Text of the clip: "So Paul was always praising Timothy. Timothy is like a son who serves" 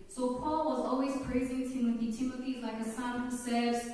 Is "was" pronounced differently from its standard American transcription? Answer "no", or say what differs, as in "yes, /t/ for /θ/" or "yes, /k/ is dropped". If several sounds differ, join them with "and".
no